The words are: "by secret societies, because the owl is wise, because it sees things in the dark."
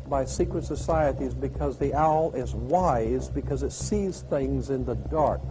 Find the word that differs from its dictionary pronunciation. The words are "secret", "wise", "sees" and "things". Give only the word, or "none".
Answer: none